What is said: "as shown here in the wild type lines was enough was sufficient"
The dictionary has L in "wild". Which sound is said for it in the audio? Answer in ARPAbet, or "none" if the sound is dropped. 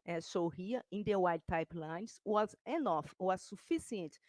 none